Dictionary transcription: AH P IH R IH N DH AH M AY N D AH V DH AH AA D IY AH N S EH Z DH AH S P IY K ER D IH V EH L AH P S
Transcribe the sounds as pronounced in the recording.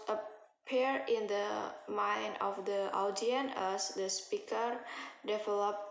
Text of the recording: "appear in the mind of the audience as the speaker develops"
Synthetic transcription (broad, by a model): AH P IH R IH N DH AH M AY N D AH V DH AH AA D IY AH N EH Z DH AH S P IY K ER D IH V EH L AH P